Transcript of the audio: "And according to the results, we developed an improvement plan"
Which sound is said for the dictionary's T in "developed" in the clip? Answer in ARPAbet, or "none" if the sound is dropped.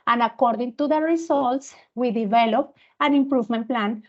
none